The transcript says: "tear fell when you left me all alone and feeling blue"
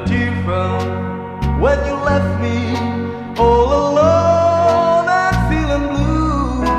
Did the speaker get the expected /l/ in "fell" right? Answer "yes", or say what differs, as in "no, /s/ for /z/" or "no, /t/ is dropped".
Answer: no, /n/ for /l/